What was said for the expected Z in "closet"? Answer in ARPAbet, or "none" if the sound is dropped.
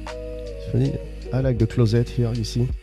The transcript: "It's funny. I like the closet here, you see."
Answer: Z